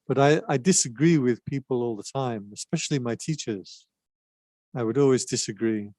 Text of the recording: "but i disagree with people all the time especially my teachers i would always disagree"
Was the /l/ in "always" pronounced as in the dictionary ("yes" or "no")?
yes